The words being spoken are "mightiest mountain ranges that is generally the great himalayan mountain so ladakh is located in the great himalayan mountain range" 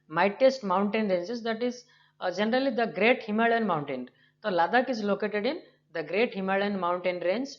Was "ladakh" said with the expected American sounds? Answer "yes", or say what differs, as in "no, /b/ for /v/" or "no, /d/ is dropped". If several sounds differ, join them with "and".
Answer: yes